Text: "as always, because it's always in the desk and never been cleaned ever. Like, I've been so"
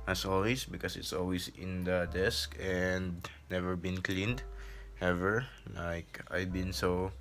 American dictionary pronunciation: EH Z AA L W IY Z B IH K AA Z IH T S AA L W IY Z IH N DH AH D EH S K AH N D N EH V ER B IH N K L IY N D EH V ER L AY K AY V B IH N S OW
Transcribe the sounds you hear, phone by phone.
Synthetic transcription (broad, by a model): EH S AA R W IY S B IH K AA S IH T S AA L W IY S IH N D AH D EH S K AH N D N EH V ER B IH N K L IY N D EH V ER L AY K AY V B IH N S OW